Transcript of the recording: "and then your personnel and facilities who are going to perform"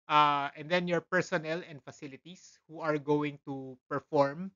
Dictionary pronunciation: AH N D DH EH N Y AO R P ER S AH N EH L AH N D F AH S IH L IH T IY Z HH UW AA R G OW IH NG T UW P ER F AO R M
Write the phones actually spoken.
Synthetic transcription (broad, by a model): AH N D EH N Y AO R P ER S AH N EH L AH N D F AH S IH L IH T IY S HH UW AA R G OW IH NG T UW P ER F AO R M